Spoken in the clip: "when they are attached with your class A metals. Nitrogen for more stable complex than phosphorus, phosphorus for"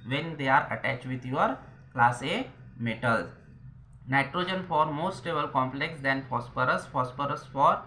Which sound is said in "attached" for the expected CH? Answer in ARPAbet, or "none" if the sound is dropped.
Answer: CH